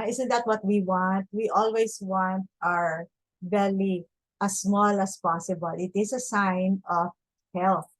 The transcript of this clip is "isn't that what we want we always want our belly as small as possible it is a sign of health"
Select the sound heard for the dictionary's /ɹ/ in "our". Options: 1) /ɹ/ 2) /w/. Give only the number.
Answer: 1